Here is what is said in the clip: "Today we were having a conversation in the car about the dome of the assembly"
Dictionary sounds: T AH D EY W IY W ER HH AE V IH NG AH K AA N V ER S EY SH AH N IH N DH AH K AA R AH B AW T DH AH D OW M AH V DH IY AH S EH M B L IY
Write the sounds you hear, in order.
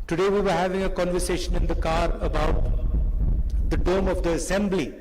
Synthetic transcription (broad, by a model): T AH D EY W IY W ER HH AE V IH NG AH K AA N V ER S EY SH AH N IH N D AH K AA R AH B AW T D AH D OW M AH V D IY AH S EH M B L IY